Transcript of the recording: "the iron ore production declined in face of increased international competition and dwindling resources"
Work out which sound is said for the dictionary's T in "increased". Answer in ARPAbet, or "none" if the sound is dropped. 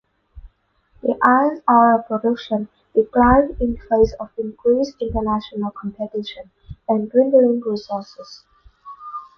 none